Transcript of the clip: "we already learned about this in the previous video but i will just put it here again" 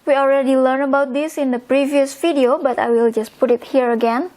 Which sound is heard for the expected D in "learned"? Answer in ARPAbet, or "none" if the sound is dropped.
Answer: none